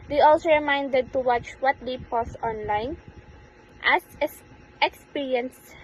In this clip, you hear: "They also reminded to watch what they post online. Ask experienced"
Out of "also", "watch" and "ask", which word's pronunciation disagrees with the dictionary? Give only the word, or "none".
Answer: ask